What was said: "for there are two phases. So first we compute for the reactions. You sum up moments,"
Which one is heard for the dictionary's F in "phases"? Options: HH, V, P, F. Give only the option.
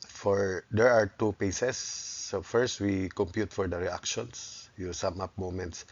P